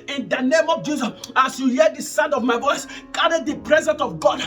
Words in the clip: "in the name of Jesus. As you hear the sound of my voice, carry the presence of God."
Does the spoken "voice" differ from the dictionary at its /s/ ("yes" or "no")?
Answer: no